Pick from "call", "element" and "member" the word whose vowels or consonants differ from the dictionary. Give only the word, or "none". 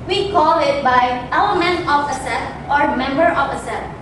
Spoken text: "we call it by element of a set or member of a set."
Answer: element